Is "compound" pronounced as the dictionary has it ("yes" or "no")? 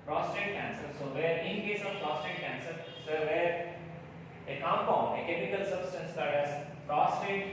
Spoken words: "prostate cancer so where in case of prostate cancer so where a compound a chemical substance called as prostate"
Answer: no